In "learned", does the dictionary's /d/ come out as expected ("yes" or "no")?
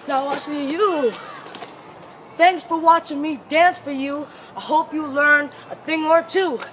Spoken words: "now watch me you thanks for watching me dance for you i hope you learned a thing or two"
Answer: no